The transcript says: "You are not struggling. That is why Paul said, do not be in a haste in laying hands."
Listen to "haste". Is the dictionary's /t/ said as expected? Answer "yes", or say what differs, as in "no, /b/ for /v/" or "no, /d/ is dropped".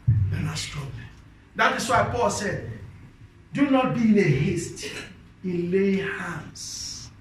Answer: yes